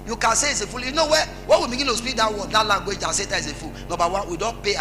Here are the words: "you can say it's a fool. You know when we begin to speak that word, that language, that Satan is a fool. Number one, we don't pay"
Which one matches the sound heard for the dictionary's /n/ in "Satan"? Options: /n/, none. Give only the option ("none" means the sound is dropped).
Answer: none